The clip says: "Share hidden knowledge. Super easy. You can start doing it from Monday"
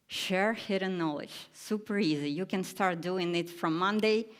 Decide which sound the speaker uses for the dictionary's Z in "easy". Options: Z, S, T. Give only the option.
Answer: Z